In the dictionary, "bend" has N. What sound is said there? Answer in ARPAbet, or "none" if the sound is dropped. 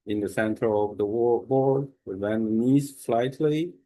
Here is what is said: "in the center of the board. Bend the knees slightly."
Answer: none